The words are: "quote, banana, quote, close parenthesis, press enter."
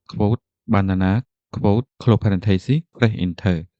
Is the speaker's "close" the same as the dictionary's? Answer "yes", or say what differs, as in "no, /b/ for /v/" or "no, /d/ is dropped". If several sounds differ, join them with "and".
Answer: no, /s/ is dropped